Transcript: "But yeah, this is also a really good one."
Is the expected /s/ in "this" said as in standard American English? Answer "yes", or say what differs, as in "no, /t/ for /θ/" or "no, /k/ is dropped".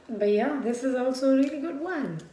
yes